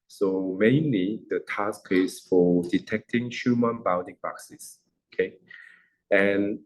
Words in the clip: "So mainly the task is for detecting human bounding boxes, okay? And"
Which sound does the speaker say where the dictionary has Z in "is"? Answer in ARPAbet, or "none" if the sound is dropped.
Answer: S